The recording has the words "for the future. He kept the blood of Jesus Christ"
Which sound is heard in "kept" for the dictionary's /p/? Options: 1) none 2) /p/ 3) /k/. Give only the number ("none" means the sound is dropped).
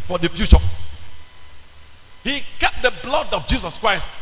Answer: 1